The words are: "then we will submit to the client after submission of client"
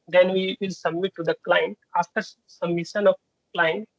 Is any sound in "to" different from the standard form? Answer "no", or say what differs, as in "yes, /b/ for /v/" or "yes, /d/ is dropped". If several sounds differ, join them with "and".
no